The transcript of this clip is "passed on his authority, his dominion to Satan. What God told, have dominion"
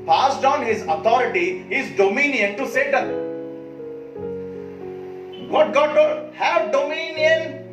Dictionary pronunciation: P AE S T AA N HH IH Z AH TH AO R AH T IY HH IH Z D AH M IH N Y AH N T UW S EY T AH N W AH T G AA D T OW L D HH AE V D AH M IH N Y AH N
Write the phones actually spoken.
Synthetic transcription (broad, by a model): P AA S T AA N HH IH Z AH T AO R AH T IY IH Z D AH M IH N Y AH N T UW S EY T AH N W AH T G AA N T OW D HH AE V D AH M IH N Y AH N